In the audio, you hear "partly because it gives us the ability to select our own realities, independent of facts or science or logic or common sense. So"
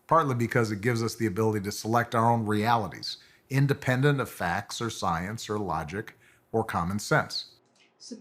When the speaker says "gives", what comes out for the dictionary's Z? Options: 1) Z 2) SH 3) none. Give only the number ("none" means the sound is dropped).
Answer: 1